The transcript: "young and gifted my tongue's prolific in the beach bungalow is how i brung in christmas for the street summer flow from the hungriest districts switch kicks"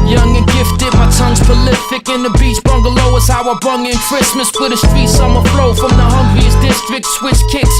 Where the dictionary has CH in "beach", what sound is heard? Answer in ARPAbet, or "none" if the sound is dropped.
S